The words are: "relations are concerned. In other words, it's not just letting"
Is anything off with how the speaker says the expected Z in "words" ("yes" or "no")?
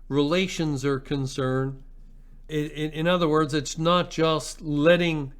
no